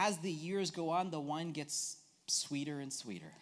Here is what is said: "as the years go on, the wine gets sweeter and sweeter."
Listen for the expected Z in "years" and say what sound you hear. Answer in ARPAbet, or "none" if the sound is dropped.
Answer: Z